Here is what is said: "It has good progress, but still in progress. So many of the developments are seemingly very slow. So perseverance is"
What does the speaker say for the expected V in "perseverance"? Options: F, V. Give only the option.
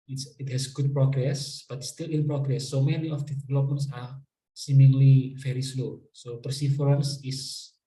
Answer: F